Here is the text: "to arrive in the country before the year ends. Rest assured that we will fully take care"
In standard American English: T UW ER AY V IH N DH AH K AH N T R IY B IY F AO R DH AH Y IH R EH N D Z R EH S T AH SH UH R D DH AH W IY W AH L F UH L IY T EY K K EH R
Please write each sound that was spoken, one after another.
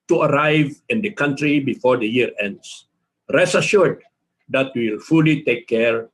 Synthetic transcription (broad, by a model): T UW ER AY V IH N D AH K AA N T R IY B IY F AO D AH Y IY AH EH N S R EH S AH SH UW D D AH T W AH L F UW L IY T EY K K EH R